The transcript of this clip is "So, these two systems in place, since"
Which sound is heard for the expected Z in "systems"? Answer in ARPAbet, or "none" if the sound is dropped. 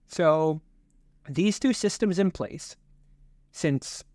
Z